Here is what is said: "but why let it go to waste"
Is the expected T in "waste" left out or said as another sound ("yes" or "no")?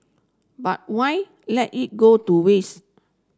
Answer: yes